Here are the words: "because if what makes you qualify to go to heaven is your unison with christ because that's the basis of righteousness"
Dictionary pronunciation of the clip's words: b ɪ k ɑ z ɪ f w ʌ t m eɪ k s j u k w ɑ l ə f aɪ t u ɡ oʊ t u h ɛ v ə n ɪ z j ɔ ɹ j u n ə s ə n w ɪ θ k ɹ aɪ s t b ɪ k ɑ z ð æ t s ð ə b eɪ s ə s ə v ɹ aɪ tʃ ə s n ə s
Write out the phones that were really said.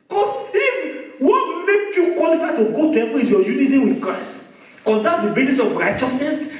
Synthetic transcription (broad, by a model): k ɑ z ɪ w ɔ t m eɪ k j u k w ɑ l ə f aɪ t u ɡ oʊ t u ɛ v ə ɪ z j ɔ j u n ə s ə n w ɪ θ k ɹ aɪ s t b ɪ k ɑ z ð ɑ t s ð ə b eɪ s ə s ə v ɹ aɪ tʃ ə s n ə s